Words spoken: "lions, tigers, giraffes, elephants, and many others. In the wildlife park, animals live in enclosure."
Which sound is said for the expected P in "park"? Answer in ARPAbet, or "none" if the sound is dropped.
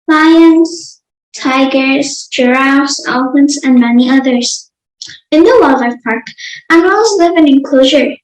P